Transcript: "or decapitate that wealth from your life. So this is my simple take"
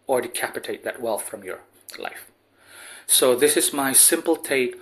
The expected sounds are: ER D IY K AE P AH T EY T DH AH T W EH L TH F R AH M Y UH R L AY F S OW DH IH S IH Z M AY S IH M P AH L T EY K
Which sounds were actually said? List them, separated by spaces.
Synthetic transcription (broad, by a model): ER D IY K AE P AH T EY T DH AH T W EH L TH F R AH M Y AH R L AY F S OW DH IH S IH Z M AY S IH M P L T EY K